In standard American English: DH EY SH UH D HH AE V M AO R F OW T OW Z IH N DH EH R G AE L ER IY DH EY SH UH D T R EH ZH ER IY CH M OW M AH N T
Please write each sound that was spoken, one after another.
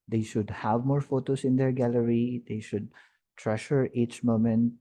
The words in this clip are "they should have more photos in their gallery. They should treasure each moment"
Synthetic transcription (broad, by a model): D EY SH UH D HH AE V M AO R F OW T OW S IH N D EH R G AE L ER IY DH EY SH UH D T R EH SH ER IY CH M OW M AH N T